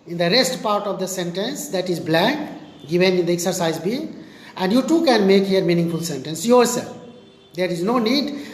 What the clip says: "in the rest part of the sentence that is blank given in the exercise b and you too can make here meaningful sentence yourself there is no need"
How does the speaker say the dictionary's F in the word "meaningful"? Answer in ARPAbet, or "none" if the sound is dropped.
F